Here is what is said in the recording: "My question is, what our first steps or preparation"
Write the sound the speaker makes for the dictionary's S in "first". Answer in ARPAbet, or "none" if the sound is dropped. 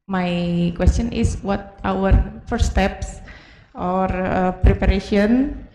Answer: none